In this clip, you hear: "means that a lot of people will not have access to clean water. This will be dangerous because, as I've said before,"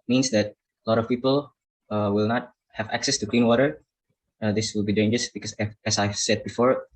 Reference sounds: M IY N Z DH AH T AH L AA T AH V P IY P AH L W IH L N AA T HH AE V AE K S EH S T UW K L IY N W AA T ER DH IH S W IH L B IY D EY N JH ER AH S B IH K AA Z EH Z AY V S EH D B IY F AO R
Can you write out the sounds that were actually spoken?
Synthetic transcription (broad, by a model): M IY N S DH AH T AH L AA T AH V P IY P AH L W IH L N AA T HH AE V AE K S EH S T UW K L IY N W AA T ER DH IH S W IH L B IY D EY N JH ER AH S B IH K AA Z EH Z AY V S EH D B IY F AO R